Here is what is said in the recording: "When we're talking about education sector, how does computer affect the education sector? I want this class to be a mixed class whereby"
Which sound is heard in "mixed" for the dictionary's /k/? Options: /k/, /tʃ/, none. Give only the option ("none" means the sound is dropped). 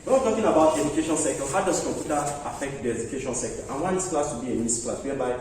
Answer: none